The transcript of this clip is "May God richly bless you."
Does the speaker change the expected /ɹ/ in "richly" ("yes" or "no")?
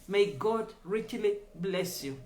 no